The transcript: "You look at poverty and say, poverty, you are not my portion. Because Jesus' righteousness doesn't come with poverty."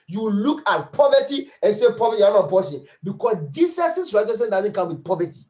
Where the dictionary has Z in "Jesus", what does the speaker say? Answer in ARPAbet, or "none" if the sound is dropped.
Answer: S